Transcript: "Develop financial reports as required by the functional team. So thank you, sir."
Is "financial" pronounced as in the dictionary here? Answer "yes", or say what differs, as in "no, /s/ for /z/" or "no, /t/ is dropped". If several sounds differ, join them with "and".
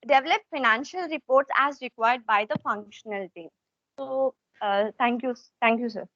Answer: yes